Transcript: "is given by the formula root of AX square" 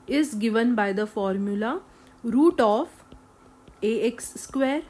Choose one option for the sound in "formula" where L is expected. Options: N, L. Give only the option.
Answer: L